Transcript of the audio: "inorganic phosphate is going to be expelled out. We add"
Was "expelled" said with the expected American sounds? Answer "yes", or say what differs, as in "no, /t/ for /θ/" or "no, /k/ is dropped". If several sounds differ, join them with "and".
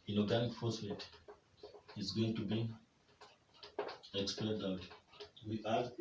no, /l/ is dropped